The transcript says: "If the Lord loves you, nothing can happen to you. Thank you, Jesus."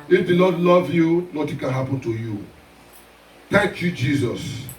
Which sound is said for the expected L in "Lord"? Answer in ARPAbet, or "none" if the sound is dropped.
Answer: N